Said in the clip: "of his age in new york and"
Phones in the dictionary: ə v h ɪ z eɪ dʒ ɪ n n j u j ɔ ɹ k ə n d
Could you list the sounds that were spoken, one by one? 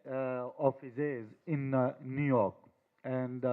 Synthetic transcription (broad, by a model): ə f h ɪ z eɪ z ɪ n n j u j ɔ ɹ k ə n d